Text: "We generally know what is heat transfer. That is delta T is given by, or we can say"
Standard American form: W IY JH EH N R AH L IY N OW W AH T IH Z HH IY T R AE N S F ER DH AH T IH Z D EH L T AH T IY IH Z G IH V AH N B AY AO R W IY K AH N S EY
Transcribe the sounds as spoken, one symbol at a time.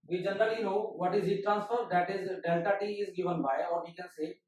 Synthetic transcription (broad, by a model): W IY JH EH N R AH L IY N OW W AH T IH Z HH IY T R AE N S F ER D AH T IH Z D EH L T AH T IY IH Z G IH V AH N B AY AO R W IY K AH N S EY